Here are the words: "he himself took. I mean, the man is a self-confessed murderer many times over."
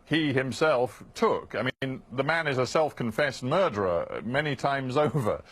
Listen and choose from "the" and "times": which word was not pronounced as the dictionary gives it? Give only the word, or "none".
none